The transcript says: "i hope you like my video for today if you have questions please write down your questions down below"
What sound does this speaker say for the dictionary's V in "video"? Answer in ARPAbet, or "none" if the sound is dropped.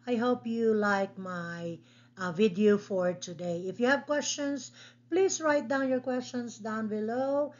V